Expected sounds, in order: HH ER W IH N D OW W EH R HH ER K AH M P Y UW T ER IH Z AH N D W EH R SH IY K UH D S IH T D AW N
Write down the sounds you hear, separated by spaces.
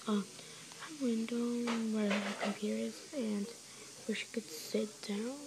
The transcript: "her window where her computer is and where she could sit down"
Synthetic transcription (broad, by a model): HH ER W IH N D OW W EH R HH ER K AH M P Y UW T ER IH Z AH N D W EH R SH IY K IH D S IH T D AW N